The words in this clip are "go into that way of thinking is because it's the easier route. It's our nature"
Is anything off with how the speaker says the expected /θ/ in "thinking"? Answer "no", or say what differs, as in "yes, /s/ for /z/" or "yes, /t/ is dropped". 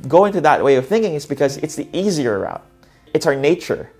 no